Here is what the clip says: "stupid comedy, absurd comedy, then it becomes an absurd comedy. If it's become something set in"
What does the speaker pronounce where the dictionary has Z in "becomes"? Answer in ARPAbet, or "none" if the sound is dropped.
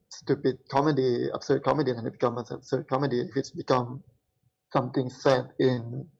none